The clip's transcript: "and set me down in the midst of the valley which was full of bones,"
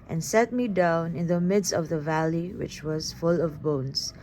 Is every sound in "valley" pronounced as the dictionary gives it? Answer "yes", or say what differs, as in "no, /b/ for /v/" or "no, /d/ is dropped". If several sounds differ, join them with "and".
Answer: yes